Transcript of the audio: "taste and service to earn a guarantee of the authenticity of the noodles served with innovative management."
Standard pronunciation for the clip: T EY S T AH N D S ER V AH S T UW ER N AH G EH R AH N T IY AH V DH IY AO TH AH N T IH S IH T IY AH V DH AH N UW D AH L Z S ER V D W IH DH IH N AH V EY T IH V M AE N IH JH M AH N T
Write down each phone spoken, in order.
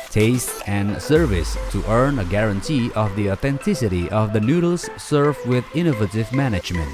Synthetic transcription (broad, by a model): T EY S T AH N S ER V AH S T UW ER N AH G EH R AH N T IY AH V DH IY AO TH AH N T IH S IH T IY AH V DH AH N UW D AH L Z S ER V W IH DH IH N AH V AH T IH V M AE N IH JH M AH N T